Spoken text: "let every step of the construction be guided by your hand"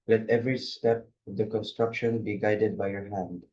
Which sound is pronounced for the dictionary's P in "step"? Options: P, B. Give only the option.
P